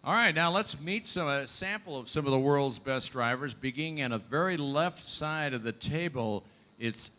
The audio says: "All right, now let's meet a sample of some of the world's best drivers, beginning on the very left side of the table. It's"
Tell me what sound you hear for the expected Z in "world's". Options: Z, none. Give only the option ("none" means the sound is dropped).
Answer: Z